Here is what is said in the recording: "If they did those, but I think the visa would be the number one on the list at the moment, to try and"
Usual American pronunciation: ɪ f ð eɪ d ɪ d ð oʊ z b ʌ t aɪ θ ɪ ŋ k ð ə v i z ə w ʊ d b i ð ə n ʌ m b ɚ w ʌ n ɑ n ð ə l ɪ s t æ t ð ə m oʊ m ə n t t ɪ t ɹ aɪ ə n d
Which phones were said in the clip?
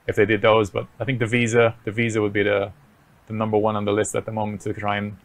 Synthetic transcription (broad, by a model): ɪ f ð eɪ d ɪ d ð oʊ z b ʌ t aɪ θ ɪ ŋ k ð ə v i z ə w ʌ d b i ð ə n ʌ m b ɚ w ʌ n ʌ n ð ə l ɪ s t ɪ t ð ə m oʊ m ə n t t ɪ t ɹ aɪ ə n